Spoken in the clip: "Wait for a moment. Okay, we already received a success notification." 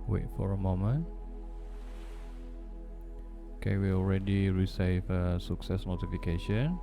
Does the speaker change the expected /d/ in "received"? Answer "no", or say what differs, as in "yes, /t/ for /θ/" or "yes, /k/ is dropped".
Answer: yes, /d/ is dropped